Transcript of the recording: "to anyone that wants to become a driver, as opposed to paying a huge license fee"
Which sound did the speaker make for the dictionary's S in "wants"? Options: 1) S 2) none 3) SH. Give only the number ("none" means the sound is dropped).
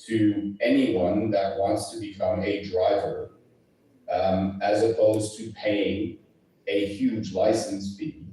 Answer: 1